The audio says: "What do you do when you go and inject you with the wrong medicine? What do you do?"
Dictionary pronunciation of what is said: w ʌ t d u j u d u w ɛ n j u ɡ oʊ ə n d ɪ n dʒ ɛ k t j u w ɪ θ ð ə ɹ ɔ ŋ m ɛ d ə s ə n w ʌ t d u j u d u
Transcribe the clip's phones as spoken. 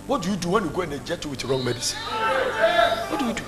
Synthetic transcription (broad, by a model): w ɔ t d u j u d u w ɛ n j u ɡ oʊ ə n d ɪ dʒ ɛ t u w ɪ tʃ ɹ ɔ ŋ m ɛ d ə s ə n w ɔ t d u j u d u